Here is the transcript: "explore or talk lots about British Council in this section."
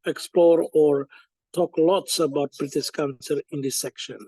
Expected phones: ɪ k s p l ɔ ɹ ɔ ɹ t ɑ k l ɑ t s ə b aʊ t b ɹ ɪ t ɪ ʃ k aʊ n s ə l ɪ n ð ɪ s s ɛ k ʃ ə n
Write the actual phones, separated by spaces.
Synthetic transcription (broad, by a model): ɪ k s p l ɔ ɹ ɔ ɹ t ɑ k l ɑ t s ə b aʊ t b ɹ ɪ t ɪ ʃ k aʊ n s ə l ɪ n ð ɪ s s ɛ k ʃ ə n